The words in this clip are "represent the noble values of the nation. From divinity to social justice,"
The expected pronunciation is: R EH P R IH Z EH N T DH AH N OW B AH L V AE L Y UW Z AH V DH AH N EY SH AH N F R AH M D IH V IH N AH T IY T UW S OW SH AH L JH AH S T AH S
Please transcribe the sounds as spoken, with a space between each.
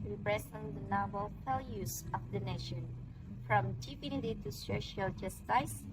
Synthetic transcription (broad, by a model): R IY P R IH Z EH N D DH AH N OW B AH L F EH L Y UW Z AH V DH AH N EY SH AH N F R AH M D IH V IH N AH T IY T UW S OW SH AH L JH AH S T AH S